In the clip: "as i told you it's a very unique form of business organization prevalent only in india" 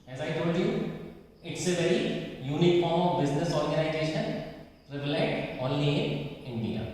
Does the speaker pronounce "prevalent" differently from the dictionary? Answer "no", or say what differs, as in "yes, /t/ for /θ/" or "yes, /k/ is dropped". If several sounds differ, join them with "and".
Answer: yes, /n/ is dropped